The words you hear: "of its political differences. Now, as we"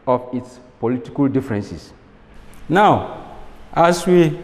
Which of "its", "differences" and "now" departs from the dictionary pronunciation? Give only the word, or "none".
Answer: differences